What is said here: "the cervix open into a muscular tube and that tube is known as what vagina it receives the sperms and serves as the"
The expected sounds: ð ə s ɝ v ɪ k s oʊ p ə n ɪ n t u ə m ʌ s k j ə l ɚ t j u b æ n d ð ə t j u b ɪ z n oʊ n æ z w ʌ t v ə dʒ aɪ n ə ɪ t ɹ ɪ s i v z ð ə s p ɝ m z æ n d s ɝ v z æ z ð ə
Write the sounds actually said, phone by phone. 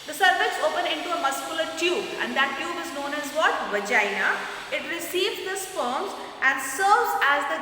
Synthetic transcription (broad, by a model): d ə s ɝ f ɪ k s oʊ p ə n ɪ n t u ə m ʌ s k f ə l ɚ t j u b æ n d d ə t j u b ɪ z n oʊ n æ z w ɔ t v ə dʒ aɪ n ə ɪ t ɹ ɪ s i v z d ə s f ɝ m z æ n d s ɝ v z æ z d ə